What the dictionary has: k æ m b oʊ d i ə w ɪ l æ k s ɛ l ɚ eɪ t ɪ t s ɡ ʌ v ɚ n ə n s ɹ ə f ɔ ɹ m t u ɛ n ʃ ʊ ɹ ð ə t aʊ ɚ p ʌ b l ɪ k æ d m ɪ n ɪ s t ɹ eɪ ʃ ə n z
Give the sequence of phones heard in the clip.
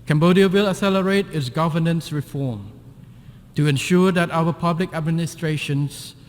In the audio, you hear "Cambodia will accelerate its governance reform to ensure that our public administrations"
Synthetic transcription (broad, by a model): k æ m b oʊ d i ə w ɪ l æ s ɛ l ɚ eɪ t ɪ t s ɡ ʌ v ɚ n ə n s ɹ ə f ɔ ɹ m t u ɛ n ʃ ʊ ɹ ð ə t aʊ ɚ p ʌ b l ɪ k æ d m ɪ n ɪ s t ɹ eɪ ʃ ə n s